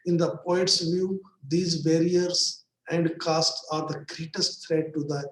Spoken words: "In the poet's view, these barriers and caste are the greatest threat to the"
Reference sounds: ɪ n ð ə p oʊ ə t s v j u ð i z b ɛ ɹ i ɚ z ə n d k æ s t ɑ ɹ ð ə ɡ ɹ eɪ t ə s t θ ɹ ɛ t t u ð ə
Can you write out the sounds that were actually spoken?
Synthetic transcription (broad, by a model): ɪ n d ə p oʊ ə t s v j u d i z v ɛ ɹ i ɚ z ə n d k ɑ s t ɑ ɹ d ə ɡ ɹ eɪ t ə s t f ɹ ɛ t t u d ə